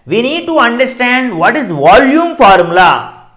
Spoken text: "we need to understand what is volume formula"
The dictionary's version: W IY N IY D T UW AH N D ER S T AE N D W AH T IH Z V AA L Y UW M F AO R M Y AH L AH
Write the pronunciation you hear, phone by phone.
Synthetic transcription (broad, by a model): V IY N IY D T UW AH N D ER S T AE N D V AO T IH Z V AA L Y UW M F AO R M L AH